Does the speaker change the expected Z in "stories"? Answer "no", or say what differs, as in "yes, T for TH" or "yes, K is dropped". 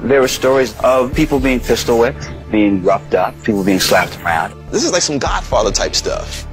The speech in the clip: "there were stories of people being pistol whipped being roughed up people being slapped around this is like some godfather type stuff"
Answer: no